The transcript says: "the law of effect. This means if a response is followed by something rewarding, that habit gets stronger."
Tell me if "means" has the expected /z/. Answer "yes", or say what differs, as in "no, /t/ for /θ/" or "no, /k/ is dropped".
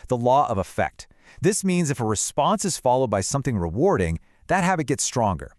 yes